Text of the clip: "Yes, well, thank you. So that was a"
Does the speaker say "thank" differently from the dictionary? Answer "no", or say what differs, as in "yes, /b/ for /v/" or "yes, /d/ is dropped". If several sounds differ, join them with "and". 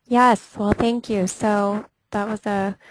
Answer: no